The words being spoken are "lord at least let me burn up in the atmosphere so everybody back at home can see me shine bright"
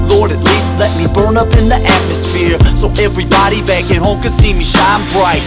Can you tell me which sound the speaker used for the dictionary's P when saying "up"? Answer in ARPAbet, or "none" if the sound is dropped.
P